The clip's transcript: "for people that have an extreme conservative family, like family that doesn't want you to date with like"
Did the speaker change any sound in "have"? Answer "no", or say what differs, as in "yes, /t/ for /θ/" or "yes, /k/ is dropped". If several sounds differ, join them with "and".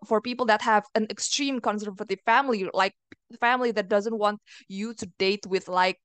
no